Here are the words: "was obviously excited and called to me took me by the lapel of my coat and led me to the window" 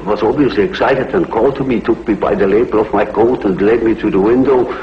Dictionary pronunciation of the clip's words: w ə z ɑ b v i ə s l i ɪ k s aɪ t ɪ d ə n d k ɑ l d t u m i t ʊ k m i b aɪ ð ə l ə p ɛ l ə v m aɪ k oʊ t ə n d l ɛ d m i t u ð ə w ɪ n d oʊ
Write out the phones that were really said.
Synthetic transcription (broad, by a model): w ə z ɑ b v i ə s l i ɪ k s aɪ t ɪ d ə n k ɑ l d t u m i t ʊ k m i b aɪ ð ə l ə b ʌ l ə v m aɪ k oʊ t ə n l ɛ d m i t u ð ə w ɪ n d oʊ